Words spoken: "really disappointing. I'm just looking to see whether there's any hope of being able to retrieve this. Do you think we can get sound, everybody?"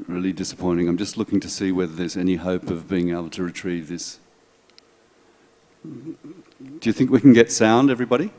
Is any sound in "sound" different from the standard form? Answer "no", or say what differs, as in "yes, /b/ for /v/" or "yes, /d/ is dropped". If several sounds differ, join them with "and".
no